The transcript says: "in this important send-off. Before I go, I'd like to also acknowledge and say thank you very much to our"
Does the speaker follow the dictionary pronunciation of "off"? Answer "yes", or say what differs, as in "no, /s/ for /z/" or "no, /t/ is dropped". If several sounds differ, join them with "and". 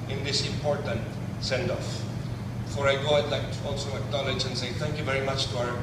yes